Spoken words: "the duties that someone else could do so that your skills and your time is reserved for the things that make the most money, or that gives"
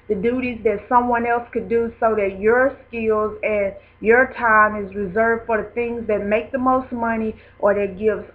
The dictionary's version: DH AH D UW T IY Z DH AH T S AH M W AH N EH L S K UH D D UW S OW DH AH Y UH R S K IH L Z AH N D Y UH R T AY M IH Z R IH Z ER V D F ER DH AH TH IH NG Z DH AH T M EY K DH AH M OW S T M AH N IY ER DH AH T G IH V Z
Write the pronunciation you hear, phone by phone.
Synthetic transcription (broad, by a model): DH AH D UW T IY Z DH AH T S AH M W AH N EH L S K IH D D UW S OW DH AH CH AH R S K IH L Z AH N Y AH R T AY M IH Z R IH Z ER V D F ER DH AH TH IH NG Z DH AH T M EY K DH AH M OW S T M AH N IY ER DH AH T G IH V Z